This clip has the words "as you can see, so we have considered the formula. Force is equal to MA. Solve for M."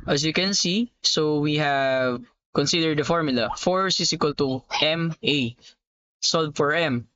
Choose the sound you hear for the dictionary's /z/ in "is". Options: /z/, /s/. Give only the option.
/s/